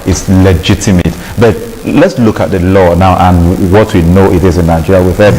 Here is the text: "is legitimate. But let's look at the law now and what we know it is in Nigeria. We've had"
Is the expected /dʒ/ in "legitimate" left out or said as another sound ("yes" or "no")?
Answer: no